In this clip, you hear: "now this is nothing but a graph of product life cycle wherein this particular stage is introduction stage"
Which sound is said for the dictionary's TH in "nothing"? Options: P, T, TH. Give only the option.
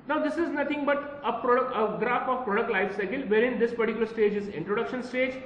T